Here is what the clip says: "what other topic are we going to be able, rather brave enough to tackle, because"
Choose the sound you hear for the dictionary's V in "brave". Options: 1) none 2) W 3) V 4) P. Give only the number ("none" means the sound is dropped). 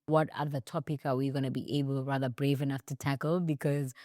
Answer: 3